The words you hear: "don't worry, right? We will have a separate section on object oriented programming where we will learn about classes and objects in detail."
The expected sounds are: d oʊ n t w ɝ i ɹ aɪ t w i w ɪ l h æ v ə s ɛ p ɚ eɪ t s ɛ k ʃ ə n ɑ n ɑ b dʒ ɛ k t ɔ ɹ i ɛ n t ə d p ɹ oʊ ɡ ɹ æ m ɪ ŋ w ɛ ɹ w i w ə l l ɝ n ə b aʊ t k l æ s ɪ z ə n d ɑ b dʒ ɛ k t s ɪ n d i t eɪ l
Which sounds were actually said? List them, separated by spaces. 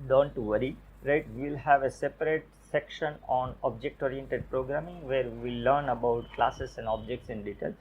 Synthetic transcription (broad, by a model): d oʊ n t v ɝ i ɹ aɪ t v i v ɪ l h æ v ə s ɛ p ɚ eɪ t s ɛ k ʃ ə n ɑ n ɑ b dʒ ɛ k t ɔ ɹ i ɛ n t ə d p ɹ oʊ ɡ ɹ æ m ɪ ŋ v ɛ ɹ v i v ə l l ɝ n ə b aʊ t k l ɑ s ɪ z ə n d ɑ b dʒ ɛ k t s ɪ n d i t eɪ l